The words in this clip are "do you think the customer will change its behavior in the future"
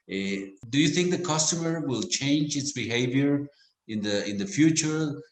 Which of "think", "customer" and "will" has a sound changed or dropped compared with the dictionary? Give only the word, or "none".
none